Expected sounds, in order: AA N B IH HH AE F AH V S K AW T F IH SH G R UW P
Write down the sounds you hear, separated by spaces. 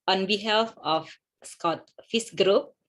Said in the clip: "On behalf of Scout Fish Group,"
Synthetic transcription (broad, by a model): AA N B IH HH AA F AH F S K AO T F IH S G R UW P